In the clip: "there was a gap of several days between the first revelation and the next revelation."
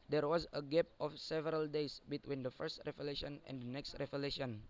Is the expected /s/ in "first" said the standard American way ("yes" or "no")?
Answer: yes